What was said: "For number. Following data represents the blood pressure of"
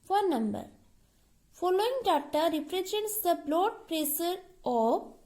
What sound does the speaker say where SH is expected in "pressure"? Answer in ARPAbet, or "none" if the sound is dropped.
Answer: S